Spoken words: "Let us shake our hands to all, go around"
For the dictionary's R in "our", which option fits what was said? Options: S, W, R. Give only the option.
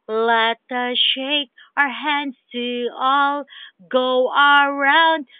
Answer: R